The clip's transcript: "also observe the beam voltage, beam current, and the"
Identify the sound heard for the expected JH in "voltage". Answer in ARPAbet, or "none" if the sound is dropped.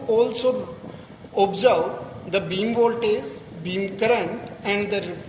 Z